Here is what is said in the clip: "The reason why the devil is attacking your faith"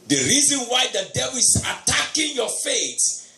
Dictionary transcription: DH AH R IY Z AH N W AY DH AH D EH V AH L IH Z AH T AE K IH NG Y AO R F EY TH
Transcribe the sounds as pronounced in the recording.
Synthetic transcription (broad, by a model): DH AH R IY Z AH N W AY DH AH D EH B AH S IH T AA K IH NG Y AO F EY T